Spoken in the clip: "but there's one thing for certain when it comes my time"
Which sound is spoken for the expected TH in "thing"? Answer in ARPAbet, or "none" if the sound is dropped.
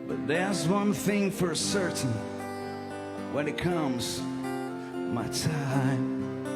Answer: TH